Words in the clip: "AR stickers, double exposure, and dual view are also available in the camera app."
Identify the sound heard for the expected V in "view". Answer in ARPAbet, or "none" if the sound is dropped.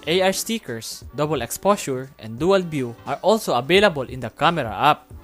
B